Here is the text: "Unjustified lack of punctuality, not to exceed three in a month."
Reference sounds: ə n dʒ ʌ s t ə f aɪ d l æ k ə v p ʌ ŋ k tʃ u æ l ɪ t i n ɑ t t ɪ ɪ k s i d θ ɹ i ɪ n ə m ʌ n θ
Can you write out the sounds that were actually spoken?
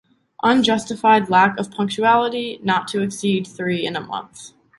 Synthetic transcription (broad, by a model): ə n dʒ ʌ s t ə f aɪ d l æ k ə v p ʌ ŋ k tʃ u æ l ɪ t i n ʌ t t ɪ ɪ k s i d θ ɹ i ɪ n ə m ʌ n θ